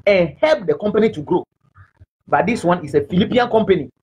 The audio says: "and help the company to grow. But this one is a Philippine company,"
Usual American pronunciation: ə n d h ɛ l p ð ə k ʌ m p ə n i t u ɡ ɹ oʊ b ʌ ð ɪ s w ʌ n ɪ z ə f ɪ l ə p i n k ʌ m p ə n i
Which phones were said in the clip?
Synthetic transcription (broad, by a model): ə n h ɛ l p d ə k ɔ m p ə n i t u ɡ ɹ oʊ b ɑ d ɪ s w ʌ n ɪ s ə f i l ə p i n k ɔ m p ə n i